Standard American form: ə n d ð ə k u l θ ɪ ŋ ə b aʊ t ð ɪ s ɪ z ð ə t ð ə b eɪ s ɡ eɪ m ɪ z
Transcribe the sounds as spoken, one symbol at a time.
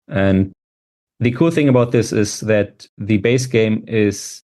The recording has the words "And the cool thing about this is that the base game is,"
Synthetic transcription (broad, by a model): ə n ð ə k u l θ ɪ ŋ ə b aʊ t ð ɪ s ɪ z ð ə t ð ə b eɪ s ɡ eɪ m ɪ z